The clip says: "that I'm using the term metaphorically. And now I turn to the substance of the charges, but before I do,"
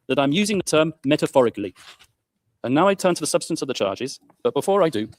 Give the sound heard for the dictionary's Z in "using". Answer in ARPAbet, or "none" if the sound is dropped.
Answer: Z